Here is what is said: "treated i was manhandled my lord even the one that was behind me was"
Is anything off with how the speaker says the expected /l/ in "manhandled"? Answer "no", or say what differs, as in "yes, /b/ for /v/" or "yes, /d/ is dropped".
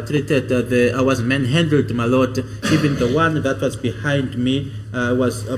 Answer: yes, /l/ is dropped